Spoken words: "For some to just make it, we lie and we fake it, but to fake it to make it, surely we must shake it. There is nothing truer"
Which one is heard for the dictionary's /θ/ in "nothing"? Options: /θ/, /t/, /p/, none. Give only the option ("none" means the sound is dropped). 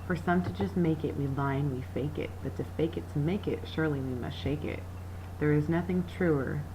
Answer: /θ/